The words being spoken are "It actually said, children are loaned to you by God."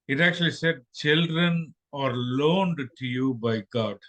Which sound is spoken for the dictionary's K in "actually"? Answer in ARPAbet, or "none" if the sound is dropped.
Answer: K